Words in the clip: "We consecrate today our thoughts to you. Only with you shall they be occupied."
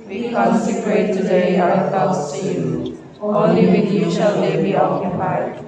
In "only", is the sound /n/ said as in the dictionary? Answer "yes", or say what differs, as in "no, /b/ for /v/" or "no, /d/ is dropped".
no, /n/ is dropped